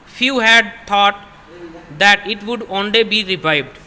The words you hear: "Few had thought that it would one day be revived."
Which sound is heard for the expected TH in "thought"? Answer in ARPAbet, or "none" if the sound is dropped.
T